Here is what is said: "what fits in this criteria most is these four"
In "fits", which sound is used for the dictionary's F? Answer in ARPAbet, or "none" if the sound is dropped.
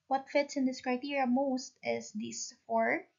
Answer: F